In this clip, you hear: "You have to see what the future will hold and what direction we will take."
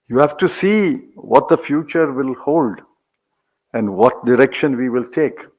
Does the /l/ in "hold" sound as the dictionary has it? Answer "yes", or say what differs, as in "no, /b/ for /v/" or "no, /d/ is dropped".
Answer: yes